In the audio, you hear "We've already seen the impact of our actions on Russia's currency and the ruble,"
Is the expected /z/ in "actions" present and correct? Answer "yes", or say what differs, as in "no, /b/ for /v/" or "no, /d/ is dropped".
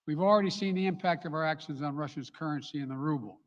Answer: yes